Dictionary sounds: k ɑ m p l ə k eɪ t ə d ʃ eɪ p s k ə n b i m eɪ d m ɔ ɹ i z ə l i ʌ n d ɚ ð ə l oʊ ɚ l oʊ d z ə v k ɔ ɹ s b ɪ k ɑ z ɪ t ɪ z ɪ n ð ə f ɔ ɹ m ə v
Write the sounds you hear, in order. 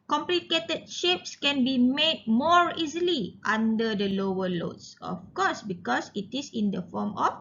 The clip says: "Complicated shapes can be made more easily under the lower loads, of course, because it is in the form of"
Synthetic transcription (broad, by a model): k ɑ m p l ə k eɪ t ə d ʃ eɪ p s k ə n b i m eɪ d m ɔ ɹ i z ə l i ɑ n d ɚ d ə l oʊ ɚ l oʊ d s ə f k ɔ s b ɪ k ɑ s ɪ t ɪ s ɪ n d ə f ɔ m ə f